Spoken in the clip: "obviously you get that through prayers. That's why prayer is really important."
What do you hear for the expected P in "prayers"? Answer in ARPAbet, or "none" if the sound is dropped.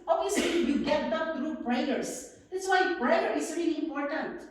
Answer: B